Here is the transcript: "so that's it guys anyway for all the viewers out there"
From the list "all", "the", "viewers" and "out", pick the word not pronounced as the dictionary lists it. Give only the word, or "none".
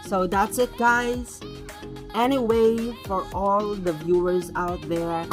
none